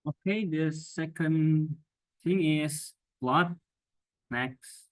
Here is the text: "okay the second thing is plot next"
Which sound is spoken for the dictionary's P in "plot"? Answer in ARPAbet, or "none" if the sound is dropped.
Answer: B